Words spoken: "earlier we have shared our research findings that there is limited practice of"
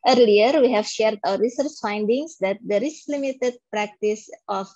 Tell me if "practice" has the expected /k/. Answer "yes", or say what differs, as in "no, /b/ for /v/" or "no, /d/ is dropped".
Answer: yes